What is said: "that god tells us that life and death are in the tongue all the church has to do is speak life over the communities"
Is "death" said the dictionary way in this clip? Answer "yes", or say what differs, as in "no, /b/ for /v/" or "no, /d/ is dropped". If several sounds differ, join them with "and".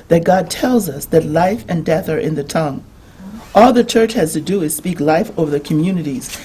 yes